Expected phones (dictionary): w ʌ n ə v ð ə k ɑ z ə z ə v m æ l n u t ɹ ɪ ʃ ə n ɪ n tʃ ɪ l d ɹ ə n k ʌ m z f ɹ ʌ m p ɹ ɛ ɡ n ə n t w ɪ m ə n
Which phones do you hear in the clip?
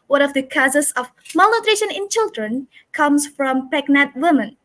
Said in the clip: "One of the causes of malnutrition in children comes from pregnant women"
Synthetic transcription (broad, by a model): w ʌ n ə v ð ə k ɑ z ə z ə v m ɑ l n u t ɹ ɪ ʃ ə n ɪ n tʃ ɪ l d ɹ ə n k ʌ m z f ɹ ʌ m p ɛ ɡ n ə t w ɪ m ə n